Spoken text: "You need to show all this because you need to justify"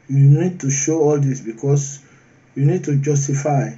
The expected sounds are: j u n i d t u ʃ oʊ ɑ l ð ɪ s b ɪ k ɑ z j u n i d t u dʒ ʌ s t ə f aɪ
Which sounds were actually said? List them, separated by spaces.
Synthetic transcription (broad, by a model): j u n i d t u ʃ oʊ ɑ l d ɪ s b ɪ k ɑ s j u n i d t u dʒ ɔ s t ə f aɪ